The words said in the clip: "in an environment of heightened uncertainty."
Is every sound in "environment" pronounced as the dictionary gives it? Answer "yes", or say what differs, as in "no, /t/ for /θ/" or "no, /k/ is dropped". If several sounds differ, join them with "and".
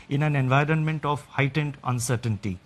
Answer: yes